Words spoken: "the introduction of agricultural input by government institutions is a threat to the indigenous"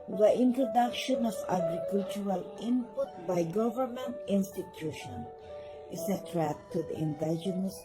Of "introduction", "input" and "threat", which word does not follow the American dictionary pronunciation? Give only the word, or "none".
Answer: threat